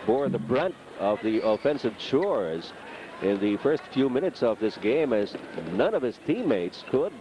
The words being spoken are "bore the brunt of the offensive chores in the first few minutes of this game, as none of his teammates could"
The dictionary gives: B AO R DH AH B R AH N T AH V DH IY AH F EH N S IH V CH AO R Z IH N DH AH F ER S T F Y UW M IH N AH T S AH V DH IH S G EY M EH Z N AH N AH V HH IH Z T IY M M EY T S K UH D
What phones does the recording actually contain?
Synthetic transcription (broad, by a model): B AO R DH AH B R AH N T AH V DH IY AH F EH N S IH V CH AO R Z IH N DH AH F ER S T F Y UW M IH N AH T S AH V DH IH S G EY M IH Z N AH N AH V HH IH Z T IY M M EY T S K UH D